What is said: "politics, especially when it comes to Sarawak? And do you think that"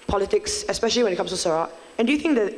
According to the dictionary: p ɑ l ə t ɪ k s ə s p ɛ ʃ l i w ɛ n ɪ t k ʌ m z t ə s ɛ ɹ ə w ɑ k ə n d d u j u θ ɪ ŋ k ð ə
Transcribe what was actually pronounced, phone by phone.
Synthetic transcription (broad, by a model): p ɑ l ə t ɪ k s ə s p ɛ ʃ l i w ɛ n ɪ t k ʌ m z t ə s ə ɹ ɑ ə n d d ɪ j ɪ θ ɪ ŋ k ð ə